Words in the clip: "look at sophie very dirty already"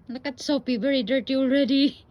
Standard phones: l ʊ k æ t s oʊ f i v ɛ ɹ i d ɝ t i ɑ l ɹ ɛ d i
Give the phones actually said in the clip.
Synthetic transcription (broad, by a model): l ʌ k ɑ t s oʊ p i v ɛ ɹ i d ɝ t i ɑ l ɹ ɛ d i